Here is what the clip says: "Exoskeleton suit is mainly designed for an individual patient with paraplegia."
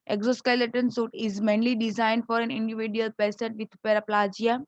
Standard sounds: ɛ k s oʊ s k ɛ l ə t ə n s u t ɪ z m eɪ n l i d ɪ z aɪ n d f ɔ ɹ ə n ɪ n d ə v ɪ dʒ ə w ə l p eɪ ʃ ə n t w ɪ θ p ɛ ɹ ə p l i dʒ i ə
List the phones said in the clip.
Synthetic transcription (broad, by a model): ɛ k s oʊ s k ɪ l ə t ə n s u t ɪ z m eɪ n l i d ɪ z aɪ n d f ɔ ɹ ə n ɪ n d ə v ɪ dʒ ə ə l p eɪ s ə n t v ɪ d p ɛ ɹ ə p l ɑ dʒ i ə